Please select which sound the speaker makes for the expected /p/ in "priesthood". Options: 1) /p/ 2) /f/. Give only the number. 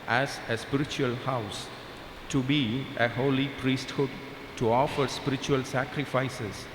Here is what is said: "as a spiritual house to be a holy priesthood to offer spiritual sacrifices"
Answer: 1